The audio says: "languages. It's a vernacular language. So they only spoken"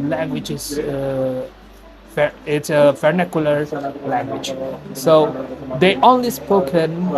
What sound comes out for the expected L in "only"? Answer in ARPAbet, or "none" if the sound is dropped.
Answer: L